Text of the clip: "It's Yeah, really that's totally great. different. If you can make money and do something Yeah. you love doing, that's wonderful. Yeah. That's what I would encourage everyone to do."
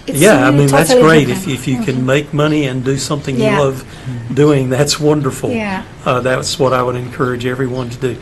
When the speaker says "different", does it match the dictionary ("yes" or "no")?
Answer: no